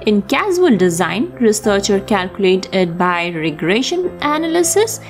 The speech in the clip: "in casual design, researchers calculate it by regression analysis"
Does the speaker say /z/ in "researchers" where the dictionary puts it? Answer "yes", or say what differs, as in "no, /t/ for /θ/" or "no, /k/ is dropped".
no, /z/ is dropped